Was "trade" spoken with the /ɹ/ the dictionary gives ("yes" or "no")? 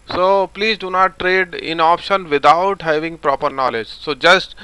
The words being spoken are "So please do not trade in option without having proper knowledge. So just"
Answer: yes